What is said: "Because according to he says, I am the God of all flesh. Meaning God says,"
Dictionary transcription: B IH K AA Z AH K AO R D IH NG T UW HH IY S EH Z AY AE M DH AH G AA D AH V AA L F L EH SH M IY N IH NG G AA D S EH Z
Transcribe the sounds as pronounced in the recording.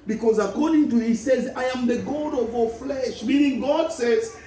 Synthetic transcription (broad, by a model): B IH K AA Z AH K AO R D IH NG T UW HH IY S EH Z AY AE M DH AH G AA D AH V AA F L EH SH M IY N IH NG G AA D S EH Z